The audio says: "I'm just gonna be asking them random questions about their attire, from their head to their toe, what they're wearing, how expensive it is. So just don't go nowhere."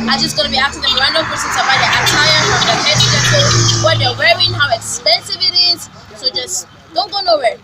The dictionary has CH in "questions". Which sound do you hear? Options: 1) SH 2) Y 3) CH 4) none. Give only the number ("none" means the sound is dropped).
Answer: 4